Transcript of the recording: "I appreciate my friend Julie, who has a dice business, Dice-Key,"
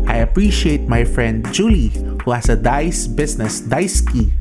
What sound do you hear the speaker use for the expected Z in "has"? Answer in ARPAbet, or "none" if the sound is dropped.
S